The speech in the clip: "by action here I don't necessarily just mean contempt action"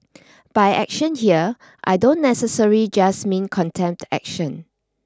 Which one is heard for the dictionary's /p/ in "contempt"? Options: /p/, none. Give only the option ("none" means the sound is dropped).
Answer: /p/